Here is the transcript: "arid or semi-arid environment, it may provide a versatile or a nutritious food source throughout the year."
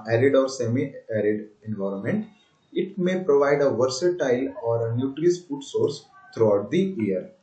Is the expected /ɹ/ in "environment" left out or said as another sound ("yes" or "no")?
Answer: no